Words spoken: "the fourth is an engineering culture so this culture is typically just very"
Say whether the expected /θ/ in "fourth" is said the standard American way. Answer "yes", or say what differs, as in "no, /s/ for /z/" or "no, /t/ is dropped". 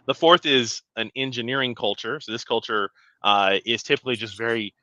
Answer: yes